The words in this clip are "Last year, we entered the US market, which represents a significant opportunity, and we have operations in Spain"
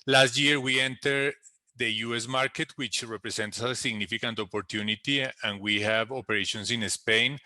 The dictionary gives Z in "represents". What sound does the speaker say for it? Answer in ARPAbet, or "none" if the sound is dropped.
S